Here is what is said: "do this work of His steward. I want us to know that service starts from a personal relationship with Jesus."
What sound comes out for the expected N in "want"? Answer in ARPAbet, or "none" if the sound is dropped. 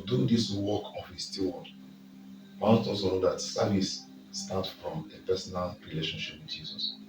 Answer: none